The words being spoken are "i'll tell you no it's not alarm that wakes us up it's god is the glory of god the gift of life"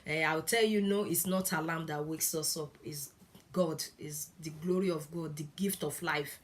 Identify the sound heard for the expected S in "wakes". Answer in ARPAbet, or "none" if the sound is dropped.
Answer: S